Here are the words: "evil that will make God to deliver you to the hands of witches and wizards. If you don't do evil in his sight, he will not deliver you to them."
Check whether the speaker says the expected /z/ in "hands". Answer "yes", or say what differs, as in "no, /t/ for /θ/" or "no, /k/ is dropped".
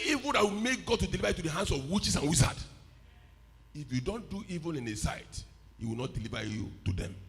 no, /s/ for /z/